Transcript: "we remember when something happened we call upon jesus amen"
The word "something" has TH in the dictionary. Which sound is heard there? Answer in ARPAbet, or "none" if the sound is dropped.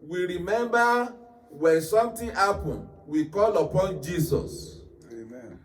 T